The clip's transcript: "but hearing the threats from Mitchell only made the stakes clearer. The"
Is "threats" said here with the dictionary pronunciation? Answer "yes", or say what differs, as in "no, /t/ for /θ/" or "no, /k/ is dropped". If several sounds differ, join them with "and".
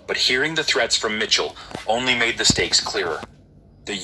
yes